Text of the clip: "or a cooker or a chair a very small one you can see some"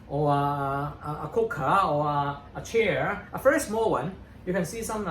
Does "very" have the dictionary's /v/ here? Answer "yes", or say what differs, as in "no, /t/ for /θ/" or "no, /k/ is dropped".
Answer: no, /f/ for /v/